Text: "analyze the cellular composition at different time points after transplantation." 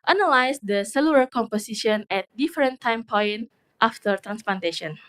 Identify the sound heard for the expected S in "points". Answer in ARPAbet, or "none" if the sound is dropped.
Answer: none